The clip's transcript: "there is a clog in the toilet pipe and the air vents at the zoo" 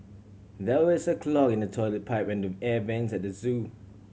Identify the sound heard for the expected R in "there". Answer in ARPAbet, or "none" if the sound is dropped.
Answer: W